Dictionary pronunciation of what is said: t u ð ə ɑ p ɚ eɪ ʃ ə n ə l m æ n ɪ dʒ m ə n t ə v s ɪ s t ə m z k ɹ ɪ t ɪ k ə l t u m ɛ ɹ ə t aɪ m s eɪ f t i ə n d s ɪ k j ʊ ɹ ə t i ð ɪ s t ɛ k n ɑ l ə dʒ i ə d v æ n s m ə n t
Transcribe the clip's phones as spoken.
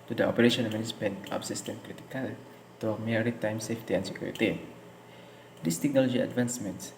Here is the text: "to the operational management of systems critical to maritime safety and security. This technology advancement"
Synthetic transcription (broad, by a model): t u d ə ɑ p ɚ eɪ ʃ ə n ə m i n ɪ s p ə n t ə p s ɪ s t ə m k ɹ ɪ t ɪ k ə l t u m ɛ ɹ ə t aɪ m s eɪ f t i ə n s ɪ k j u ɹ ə t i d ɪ s t ɛ k n ɑ l ə dʒ i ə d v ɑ n s m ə n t